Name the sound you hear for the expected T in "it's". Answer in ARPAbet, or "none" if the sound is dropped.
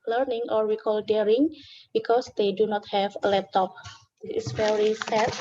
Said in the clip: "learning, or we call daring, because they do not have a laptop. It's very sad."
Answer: S